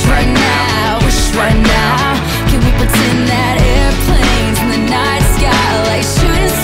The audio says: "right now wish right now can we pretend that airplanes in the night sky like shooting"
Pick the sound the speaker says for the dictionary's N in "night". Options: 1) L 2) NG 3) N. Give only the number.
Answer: 3